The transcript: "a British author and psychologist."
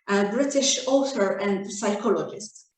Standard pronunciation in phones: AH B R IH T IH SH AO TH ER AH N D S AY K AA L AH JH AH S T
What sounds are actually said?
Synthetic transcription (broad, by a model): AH B R IH T IH SH AO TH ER AH N D S AY K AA L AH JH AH S T